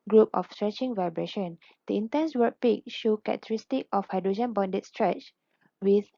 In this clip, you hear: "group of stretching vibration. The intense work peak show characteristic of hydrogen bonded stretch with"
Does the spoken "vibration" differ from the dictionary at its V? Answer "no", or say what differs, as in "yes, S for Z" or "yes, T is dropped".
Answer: no